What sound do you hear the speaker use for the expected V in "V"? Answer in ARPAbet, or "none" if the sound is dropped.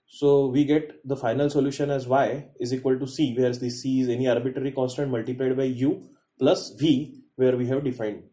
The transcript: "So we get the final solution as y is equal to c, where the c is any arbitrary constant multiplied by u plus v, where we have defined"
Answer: V